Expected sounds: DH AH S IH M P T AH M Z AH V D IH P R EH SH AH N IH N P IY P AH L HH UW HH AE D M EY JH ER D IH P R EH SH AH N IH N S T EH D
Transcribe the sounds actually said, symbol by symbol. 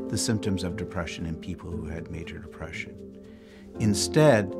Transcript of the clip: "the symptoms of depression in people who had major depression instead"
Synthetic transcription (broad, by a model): DH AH S IH M P T AH M Z AH V D IH P R EH SH AH N IH N P IY P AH L HH UW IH D M EY JH ER D IH P R EH SH AH N IH N S T EH D